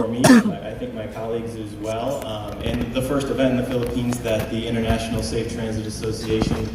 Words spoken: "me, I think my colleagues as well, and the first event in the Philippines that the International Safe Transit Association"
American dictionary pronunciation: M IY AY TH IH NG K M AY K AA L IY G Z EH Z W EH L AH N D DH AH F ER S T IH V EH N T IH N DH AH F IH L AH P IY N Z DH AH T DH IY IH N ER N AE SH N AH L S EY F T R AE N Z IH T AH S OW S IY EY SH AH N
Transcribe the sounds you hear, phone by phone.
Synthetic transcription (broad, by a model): M IY AY TH IH NG K M AY K AA L IY G Z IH Z W EH L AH N DH AH F ER S T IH V EH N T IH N DH AH F IH L AH P IY N Z DH AH T DH IY IH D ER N AE SH N L S EY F T R AE N Z IH T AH S OW S IY EY SH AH N